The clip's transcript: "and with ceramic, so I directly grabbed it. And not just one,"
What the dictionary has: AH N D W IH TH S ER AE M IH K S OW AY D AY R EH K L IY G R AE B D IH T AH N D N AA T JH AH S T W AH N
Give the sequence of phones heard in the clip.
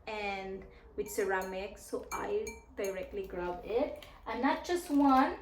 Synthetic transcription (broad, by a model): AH N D W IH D S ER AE M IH K S OW AY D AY R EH K L IY G R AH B IH T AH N N AA T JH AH S T W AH N